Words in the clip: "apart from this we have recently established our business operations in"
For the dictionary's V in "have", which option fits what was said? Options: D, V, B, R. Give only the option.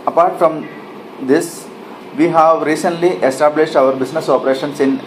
V